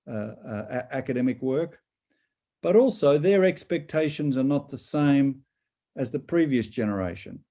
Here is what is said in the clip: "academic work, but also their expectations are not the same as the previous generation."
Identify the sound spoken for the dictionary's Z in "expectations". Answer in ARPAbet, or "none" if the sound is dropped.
Z